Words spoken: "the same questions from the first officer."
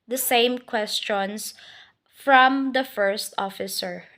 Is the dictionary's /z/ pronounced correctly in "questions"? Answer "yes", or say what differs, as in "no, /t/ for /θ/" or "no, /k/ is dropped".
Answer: no, /s/ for /z/